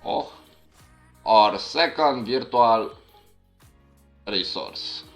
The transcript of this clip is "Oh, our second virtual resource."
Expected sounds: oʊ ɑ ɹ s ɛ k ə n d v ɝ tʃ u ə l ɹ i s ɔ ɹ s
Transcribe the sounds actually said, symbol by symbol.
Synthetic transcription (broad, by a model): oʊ ɑ ɹ s ɛ k ə n d v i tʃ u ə l ɹ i s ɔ ɹ s